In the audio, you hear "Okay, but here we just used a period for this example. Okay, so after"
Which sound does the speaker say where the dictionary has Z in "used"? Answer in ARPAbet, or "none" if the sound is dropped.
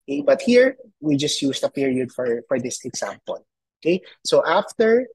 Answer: S